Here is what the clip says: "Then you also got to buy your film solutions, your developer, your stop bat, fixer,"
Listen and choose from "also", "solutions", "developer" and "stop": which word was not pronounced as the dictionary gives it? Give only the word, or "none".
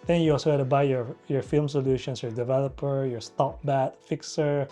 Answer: solutions